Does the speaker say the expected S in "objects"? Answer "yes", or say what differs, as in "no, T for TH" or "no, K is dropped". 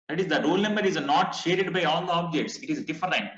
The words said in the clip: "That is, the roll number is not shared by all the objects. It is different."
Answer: yes